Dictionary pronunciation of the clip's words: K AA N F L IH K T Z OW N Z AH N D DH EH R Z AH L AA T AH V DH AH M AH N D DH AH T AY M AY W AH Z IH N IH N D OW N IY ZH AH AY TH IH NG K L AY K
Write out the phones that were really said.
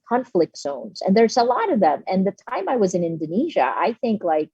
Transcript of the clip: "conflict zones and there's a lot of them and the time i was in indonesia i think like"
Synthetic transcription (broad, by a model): K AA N F L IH K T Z OW N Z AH N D DH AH R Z AH L AA T AH V DH AH M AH N DH AH T AY M AY W AH Z IH N IH N D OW N IY ZH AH AY TH IH NG K L AY K